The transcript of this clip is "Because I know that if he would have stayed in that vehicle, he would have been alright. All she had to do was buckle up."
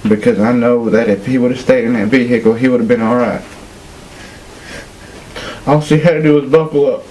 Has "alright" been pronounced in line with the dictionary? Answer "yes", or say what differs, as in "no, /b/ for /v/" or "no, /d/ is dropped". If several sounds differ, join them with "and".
yes